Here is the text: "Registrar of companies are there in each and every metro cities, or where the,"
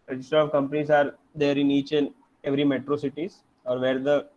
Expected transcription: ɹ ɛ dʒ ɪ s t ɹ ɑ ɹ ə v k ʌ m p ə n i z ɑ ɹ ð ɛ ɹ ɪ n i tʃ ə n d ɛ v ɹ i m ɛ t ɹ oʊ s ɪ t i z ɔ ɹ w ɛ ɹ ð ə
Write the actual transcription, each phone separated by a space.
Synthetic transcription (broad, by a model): ɹ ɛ dʒ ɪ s t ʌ ɹ ə v k ʌ m p ə n i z ɑ ɹ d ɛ ɹ ɪ n i tʃ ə n ɛ v ɹ i m ɛ t ɹ oʊ s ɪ t i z ɔ ɹ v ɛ ɹ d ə